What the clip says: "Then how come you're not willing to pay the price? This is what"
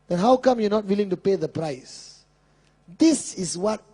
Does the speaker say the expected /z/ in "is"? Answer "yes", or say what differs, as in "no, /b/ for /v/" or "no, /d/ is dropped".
no, /s/ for /z/